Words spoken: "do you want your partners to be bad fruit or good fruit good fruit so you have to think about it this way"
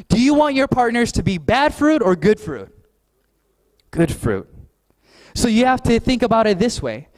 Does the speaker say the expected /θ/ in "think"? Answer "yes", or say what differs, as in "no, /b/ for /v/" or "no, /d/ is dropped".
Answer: yes